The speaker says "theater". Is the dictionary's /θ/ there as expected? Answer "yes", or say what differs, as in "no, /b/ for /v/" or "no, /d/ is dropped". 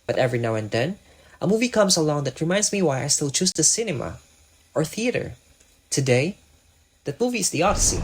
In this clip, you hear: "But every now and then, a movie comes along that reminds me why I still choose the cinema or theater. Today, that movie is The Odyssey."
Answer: yes